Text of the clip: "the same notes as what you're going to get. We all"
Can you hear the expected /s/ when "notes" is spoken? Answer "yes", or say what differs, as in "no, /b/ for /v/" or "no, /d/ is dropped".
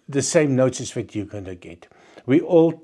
no, /s/ is dropped